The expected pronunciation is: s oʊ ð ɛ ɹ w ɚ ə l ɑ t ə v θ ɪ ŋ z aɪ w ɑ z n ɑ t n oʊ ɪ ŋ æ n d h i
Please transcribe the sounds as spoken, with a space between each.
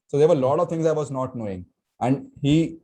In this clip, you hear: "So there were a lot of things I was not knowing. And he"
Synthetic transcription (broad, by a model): s oʊ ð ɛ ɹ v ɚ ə l ɑ t ə v t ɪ ŋ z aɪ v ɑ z n ɑ t n oʊ ɪ ŋ æ n d h i